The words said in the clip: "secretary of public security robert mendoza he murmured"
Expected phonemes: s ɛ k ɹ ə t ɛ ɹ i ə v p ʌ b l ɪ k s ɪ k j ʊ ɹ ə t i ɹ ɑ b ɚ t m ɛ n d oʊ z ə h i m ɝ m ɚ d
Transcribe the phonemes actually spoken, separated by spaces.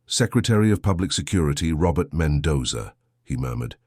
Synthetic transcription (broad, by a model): s ɛ k ɹ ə t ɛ ɹ i ə v p ʌ b l ɪ k s ɪ k j ʊ ɹ ə t i ɹ ɑ b ɚ t m ɛ n d oʊ z ə h i m ɝ m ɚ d